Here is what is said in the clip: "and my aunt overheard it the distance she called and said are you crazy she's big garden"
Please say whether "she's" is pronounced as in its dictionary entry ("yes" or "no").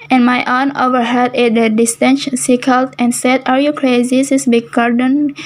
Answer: no